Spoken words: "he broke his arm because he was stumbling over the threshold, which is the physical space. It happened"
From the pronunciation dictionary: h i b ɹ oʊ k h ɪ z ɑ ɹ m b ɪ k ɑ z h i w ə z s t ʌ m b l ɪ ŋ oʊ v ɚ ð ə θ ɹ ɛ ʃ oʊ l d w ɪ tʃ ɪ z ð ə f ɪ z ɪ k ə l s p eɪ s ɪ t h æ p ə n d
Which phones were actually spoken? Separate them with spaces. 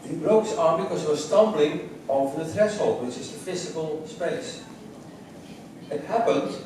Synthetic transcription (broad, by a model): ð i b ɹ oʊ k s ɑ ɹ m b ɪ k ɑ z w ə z s t ʌ m b l ɪ ŋ oʊ v ɚ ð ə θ ɹ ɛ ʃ oʊ l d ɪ s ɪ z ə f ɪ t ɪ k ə l s p eɪ s ɪ t h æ p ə n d